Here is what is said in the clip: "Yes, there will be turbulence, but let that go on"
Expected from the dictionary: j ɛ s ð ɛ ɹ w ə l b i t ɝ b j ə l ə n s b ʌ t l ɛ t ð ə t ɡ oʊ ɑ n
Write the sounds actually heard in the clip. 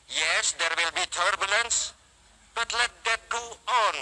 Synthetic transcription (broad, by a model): j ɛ s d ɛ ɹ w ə l b i t ɝ b j ə l ə n s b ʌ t l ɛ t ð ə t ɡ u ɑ n